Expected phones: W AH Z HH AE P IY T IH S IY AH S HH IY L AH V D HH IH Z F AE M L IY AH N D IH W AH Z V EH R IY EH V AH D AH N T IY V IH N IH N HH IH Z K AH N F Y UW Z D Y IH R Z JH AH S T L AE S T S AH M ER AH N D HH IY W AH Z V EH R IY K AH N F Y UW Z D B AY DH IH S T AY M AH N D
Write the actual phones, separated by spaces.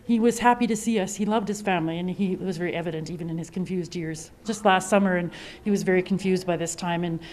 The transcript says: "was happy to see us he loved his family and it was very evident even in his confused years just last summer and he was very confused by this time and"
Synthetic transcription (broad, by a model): W AH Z HH AE P IY T IH S IY AH S HH IY L AH V D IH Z F AE M L IY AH N IH W AH Z V EH R IY EH V AH D AH N T IY V IH N IH N IH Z K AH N F Y UW Z D Y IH R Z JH AH S T L AE S T S AH M ER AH N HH IY W AH Z V EH R IY K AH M F Y UW Z D B AY DH IH S T AY M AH N